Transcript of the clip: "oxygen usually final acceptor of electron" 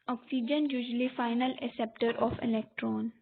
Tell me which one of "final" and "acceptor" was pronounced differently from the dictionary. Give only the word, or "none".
acceptor